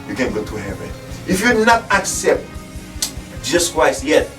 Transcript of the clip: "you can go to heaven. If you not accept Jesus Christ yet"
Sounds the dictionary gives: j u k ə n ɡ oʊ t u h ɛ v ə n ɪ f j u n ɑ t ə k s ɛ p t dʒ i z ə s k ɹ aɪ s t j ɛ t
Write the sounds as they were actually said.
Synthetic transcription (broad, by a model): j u k ə n ɡ oʊ t u h ɛ v ə n ɪ f j u n ɑ t ə k s ɛ p t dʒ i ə s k w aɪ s j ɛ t